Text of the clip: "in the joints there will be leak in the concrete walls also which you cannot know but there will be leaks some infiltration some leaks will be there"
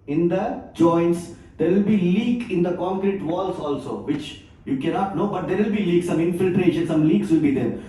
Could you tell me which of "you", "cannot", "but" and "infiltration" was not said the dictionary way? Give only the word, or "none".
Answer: none